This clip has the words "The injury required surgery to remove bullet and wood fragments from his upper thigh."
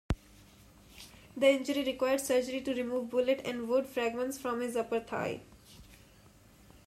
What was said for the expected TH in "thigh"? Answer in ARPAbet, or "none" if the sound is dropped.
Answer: T